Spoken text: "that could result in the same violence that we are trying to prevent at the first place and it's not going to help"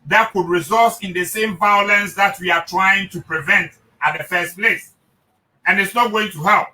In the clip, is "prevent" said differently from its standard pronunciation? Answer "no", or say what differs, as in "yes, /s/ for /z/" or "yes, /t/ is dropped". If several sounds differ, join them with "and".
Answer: no